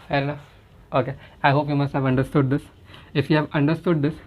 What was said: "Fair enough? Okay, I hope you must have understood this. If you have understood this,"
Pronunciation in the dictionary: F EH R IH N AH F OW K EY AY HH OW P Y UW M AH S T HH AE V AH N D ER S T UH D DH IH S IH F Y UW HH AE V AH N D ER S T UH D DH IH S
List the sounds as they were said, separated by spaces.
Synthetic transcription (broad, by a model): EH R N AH OW K EY AY HH OW P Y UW M AH S T HH AE V AH N D ER S T UH D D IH S IH F Y UW HH AE V AH N D ER S T UH D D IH S